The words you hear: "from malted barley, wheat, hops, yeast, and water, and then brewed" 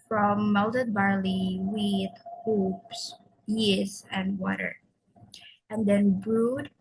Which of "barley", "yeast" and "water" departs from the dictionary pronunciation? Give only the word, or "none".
yeast